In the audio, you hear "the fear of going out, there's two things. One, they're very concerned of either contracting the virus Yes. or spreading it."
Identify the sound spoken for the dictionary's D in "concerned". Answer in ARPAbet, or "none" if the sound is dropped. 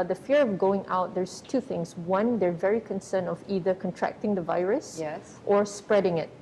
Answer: none